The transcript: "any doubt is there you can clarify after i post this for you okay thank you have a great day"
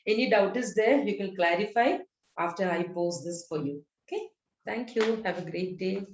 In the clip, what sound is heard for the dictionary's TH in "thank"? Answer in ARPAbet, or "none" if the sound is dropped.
T